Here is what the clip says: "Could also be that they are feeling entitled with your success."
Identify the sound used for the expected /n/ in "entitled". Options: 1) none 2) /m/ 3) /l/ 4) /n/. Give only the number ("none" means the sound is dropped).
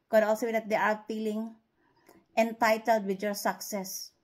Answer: 4